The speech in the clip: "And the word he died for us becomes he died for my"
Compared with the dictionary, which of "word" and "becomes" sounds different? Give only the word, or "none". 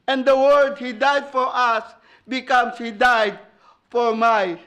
becomes